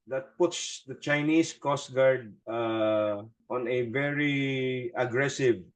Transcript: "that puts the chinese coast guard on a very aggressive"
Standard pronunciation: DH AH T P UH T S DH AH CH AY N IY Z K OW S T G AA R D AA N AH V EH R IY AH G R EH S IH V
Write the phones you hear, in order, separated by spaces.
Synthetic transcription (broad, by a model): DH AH T P UH T S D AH CH AY N IY S K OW S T G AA R D AA N AH V EH R IY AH G R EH S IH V